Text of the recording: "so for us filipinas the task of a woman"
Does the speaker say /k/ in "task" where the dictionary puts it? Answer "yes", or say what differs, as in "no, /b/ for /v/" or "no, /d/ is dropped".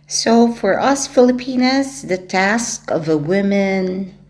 yes